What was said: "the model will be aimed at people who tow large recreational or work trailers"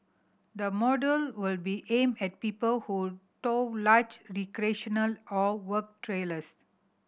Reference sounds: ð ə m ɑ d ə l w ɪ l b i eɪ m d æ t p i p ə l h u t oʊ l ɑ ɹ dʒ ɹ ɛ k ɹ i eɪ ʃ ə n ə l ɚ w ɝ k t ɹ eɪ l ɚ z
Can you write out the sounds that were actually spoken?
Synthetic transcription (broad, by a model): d ə m ɑ d ə l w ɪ l b i eɪ m ɛ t p i p ə l h u t oʊ l ɑ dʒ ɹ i k ɹ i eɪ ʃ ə n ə l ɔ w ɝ k t ɹ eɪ l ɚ s